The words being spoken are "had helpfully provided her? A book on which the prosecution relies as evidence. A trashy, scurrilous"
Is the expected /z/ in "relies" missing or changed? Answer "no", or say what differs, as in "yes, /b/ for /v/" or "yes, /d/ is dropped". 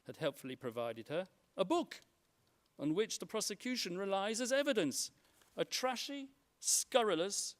no